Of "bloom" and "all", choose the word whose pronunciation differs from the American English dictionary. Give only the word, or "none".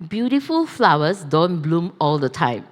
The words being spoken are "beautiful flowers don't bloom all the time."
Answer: none